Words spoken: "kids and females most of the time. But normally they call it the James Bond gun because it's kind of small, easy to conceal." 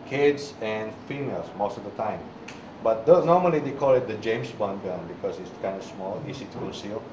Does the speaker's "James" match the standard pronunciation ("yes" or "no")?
no